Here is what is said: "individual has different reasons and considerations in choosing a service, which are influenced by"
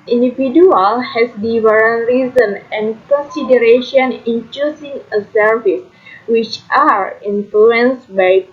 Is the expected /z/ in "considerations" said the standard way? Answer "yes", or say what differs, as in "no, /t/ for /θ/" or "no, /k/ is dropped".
no, /z/ is dropped